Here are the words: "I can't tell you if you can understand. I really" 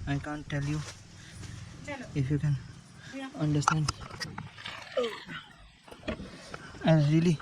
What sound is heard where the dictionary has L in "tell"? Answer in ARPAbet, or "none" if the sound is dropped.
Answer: L